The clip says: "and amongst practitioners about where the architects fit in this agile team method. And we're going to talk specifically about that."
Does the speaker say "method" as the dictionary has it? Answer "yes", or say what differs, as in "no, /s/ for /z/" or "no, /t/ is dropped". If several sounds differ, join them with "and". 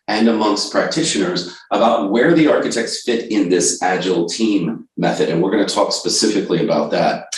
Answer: yes